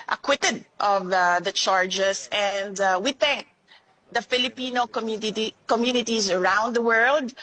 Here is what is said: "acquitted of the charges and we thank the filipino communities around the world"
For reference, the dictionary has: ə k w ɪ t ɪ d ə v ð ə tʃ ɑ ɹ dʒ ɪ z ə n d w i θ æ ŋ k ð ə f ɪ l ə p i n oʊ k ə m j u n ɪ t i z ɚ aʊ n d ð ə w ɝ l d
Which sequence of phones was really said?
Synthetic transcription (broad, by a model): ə k w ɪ t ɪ d ə v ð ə tʃ ɑ ɹ dʒ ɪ s ə n d w i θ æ ŋ k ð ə f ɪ l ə p i n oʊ k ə m j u n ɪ t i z ɚ aʊ n d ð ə w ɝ l d